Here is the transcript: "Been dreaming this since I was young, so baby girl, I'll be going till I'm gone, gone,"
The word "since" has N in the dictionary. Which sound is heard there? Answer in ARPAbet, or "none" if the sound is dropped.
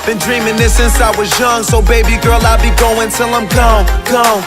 N